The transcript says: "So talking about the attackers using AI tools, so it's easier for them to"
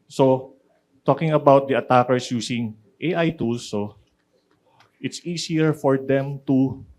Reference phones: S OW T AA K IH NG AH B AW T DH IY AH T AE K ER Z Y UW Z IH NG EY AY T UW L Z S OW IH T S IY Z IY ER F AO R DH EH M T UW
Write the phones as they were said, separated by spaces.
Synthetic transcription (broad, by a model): S OW T AA K IH NG AH B AW T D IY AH T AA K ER S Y UW S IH NG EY AY T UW L S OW IH T S IY S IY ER F AO R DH EH M T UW